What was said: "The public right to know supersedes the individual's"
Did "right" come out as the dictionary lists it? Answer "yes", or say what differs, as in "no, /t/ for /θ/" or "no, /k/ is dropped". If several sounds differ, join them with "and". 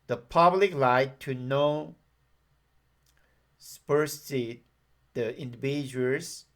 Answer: no, /l/ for /ɹ/